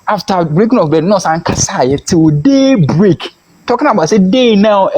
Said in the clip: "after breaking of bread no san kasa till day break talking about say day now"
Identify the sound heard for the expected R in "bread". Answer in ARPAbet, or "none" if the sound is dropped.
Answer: none